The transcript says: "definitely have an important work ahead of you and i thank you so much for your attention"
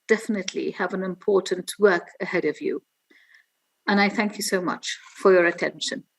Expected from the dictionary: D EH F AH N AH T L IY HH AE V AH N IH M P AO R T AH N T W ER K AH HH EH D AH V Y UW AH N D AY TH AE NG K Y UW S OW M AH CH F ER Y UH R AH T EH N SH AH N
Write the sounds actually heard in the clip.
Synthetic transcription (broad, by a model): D EH F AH N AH T L IY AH V AH N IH M P AO R T N T W ER K AH HH EH D AH V Y UW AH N AY TH AE NG K Y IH S OW M AH CH F ER Y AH R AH T EH N SH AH N